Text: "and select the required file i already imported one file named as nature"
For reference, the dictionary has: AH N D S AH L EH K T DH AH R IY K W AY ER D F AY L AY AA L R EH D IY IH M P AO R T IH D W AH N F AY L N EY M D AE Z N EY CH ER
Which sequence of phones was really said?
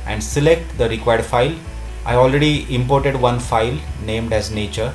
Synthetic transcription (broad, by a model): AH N D S AH L EH K T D AH R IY K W AY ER D F AY L AY AA L R EH D IY IH M P AO R T IH D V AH N F AY L N EY M D AE Z N EY CH ER